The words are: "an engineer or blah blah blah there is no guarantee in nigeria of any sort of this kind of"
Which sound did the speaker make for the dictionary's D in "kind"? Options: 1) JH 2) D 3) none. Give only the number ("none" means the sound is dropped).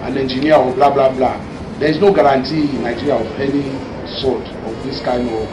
3